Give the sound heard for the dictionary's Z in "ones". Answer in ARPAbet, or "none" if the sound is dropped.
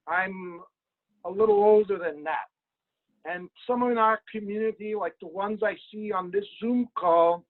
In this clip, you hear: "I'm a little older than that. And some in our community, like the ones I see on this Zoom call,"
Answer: Z